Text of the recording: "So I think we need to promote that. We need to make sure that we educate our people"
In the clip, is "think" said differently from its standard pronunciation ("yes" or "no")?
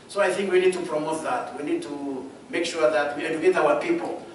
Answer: no